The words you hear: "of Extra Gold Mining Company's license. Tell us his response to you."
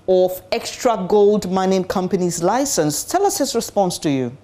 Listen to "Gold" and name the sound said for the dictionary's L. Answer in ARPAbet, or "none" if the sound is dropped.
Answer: L